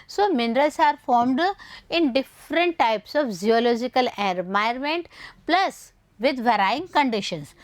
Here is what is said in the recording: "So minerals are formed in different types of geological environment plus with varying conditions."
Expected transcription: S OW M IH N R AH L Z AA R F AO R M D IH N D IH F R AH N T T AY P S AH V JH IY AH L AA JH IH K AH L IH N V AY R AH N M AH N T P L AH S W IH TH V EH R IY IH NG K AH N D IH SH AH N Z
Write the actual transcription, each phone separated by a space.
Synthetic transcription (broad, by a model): S OW M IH N R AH L S AA R F AO R M D IH N D IH F R AH N T T AY P S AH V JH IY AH L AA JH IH K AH L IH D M AY AH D M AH N T P L AH S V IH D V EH R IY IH NG K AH N D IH SH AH N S